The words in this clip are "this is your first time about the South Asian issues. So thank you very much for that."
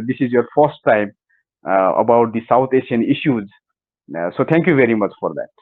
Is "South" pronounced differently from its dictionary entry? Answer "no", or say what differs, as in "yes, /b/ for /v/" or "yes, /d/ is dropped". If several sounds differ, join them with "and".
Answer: yes, /t/ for /θ/